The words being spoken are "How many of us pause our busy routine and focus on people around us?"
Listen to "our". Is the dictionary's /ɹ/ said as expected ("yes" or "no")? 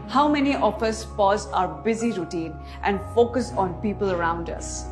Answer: yes